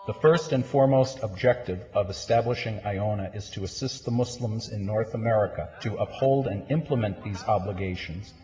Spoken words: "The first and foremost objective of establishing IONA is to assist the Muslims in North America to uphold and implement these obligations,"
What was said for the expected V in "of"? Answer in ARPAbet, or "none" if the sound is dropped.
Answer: V